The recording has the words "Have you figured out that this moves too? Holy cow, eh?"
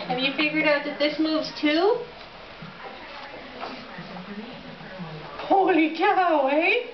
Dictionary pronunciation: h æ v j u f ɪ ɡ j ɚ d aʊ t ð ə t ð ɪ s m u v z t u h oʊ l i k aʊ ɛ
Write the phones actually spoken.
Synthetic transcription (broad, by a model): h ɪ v j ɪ f ɪ ɡ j ɚ d aʊ t ð ə t ð ɪ s m u v z t u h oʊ l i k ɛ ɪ